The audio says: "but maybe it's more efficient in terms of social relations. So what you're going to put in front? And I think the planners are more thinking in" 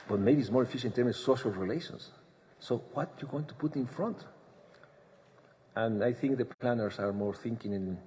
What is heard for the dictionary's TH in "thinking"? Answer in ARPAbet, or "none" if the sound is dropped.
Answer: TH